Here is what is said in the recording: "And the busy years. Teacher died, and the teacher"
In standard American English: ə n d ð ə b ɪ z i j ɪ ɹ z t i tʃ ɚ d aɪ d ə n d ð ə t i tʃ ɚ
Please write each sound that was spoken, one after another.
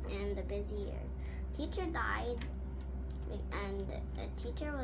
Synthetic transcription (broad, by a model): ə n ð ə b ɪ z i j ɪ ɹ z t i tʃ ɚ d aɪ d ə n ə t i tʃ ɚ